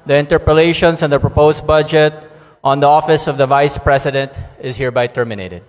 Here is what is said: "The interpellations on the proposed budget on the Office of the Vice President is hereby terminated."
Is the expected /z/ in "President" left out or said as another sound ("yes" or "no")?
yes